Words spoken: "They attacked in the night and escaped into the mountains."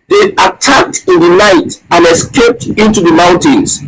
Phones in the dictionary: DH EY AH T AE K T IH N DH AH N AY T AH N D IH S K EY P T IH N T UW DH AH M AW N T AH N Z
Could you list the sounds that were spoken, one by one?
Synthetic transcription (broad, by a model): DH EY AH T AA K T IH N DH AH N AY T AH N IH S K EY P T IH N T UW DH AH M AW N T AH N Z